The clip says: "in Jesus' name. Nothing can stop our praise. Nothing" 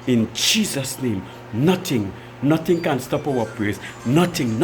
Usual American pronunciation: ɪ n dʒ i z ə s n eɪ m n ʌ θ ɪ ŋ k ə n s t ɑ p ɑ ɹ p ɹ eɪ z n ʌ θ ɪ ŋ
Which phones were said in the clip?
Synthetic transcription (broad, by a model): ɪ n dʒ i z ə s n eɪ m n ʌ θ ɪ ŋ k ə n s t ɑ p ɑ w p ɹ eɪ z n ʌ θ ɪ ŋ